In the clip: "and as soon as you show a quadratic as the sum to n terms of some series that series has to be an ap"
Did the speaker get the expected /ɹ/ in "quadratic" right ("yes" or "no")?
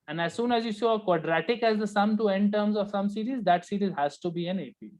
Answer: yes